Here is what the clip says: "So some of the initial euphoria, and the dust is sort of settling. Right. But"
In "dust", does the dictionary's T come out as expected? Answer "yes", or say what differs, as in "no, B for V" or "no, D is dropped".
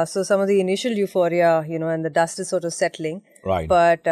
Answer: yes